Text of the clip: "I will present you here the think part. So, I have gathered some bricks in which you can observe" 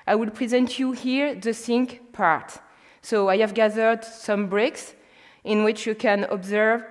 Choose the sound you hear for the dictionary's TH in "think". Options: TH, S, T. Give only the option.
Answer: S